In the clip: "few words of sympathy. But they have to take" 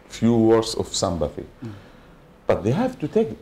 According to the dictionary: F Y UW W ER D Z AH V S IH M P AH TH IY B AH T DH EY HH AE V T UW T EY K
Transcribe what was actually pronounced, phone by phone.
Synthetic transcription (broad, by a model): F Y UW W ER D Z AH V S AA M B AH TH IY B AH T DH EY HH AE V T UW T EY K